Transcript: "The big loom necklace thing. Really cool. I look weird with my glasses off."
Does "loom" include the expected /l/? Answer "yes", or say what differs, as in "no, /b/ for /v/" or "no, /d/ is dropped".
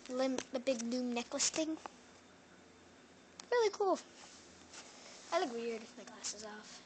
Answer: no, /n/ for /l/